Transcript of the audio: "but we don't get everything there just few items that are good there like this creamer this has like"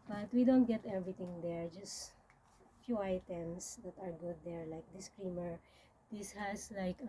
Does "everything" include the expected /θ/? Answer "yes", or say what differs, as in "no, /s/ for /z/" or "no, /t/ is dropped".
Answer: no, /t/ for /θ/